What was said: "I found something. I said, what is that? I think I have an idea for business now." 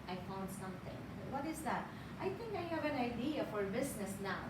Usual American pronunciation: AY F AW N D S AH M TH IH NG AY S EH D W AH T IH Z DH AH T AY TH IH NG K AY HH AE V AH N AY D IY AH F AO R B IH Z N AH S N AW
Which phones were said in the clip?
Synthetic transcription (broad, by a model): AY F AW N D S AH M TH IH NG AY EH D W AH T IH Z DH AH T AY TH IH NG K AY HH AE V AH N AY D IY AH F AO R B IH S N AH S N AW